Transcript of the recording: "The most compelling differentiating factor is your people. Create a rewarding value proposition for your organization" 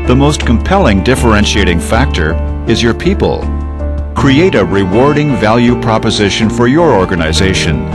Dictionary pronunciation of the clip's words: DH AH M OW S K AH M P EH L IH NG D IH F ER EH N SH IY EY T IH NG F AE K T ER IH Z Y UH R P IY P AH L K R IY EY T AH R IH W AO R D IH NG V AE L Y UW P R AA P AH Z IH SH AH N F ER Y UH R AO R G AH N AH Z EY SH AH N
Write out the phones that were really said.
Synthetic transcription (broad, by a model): DH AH M OW S K AH M P EH L IH NG D IH F ER EH N SH IY EY T IH NG F AE K T ER IH Z Y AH R P IY P AH L K R IY EY T AH R IH W AO R D IH NG V AE L Y UW P R AA P AH Z IH SH AH N F ER Y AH R AO R G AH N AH Z EY SH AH N